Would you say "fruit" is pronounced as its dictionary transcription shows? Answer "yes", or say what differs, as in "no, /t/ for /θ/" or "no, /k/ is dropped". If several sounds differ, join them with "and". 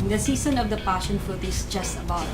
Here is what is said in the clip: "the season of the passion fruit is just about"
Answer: no, /ɹ/ is dropped